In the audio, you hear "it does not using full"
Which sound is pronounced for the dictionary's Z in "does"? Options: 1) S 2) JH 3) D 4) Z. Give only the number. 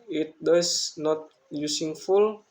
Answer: 1